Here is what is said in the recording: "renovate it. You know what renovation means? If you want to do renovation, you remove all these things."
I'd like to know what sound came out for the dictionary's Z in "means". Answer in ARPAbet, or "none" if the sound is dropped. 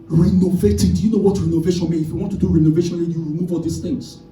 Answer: none